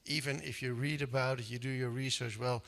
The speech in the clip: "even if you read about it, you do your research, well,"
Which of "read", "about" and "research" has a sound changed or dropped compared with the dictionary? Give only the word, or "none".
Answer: none